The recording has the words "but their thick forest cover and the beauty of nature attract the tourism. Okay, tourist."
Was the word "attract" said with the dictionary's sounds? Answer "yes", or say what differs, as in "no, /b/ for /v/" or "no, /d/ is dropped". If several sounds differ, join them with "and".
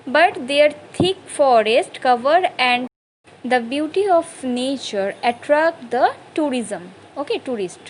yes